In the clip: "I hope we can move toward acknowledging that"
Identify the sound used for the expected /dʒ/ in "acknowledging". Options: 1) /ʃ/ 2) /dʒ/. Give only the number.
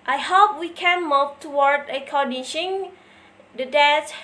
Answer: 1